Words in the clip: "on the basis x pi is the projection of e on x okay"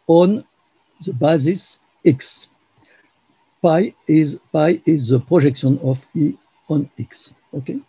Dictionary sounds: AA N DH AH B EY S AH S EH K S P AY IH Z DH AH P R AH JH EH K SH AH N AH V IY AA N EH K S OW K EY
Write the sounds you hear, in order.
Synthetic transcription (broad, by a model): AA N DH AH B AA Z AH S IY K S P AY IH Z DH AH P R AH ZH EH K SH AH N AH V IY AA N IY K S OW K EY